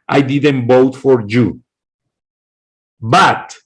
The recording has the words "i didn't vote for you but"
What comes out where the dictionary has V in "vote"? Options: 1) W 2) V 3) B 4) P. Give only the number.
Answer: 3